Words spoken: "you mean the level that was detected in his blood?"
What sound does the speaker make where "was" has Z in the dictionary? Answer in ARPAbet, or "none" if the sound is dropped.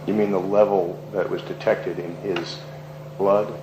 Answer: Z